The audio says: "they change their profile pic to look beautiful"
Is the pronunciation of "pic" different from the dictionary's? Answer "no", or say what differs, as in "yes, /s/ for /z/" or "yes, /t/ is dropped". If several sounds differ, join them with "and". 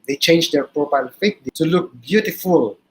yes, /f/ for /p/